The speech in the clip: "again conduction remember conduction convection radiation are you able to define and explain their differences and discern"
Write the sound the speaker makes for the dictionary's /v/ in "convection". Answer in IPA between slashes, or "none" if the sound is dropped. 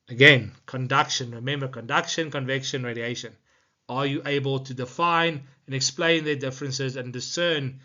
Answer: /v/